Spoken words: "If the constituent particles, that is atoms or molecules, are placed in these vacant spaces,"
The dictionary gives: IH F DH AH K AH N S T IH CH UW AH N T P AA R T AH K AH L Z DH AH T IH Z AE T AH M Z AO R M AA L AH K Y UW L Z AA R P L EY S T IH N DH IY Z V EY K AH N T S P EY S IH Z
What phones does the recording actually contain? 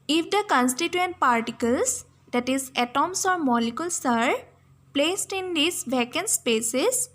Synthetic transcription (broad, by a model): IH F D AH K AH N S T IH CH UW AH N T P AA R T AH K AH L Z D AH T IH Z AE T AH M S AO R M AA L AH K Y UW L S AA R P L EY S T IH N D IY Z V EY K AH N S P EY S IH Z